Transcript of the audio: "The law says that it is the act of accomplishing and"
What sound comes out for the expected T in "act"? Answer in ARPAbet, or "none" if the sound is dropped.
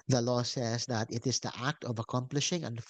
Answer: T